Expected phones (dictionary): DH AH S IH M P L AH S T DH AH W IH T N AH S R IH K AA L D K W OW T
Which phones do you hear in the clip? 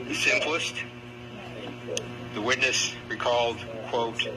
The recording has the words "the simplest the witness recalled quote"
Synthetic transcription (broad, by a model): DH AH S IH M P L AH S T DH AH W IH T N AH S R IH K AA L D K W OW T